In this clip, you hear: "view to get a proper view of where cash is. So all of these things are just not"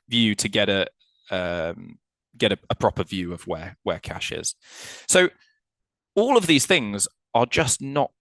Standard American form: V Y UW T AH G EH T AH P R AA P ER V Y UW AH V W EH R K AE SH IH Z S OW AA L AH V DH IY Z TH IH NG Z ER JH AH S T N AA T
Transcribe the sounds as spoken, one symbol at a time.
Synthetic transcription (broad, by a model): V Y UW T AH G EH T AH P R AA P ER V Y UW AH V W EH W K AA SH IH Z S OW AA L AH V DH IY Z TH IH NG Z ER JH AH S N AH T